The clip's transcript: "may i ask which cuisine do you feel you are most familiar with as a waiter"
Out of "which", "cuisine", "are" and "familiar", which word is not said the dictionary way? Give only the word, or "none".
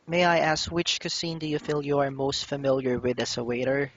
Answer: cuisine